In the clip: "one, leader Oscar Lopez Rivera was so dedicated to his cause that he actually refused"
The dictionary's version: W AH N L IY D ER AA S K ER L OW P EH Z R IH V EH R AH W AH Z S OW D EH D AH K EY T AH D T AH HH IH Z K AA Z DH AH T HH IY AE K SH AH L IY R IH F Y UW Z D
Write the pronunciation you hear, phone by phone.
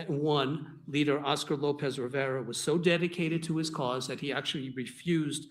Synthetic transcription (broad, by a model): W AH N L IY D ER AA S K ER L OW P EH Z R IH V EH R AH W AH Z S OW D EH D AH K EY T AH D T AH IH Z K AA Z DH AH T HH IY AE K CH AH L IY R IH F Y UW Z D